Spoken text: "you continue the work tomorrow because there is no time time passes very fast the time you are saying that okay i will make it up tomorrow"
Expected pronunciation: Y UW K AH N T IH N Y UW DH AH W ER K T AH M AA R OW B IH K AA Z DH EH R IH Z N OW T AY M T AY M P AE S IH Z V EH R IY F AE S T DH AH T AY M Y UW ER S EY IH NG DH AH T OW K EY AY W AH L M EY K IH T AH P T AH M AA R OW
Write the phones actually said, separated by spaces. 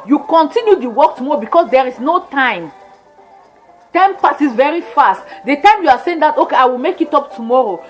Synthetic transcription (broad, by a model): Y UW K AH N T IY N Y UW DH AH W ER K T AH M AA R OW B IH K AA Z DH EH R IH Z N OW T AY M T AY M P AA S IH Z V EH R IY F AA S T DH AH T AY M Y UW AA S EY IH NG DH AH T OW K EY AY W AH L M EY K IH T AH P T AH M AA R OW